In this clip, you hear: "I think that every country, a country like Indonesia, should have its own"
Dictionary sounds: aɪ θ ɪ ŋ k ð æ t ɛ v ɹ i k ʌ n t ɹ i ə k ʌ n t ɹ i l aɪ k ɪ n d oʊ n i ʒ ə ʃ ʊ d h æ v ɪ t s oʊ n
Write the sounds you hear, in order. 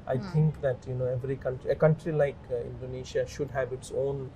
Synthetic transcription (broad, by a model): aɪ t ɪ ŋ k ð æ t ɛ v ɹ i k ʌ n t ɹ i ə k ʌ n t ɹ i l aɪ k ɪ n d oʊ n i ʃ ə ʃ ʊ d h æ v ɪ t s oʊ n